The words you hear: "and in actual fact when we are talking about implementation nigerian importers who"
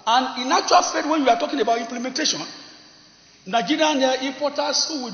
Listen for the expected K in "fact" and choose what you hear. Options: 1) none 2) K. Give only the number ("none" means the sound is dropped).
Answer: 1